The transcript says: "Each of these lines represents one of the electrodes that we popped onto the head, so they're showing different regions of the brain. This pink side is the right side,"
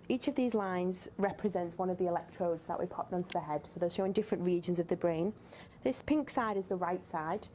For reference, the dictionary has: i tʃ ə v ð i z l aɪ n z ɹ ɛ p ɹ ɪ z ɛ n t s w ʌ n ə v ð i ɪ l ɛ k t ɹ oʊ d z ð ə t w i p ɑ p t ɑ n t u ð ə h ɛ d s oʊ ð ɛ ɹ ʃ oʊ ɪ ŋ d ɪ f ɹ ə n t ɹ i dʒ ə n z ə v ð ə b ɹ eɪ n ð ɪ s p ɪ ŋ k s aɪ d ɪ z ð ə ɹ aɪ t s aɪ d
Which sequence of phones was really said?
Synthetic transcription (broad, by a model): i tʃ ə v ð i z l aɪ n z ɹ ɛ p ɹ ɪ z ɛ n t s w ʌ n ə v ð i ɪ l ɛ k t ɹ oʊ d z ð ə t w i p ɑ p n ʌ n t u ð ə h ɛ d s oʊ ð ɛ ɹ ʃ oʊ ɪ ŋ d ɪ f ɹ ə n t ɹ i dʒ ə n z ə v ð ə b ɹ eɪ n ð ɪ s p ɪ ŋ k s aɪ d ɪ z ð ə ɹ aɪ t s aɪ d